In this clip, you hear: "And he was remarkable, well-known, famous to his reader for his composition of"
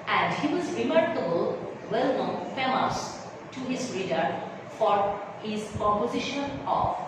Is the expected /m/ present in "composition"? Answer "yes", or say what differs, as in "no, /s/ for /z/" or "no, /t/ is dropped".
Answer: no, /m/ is dropped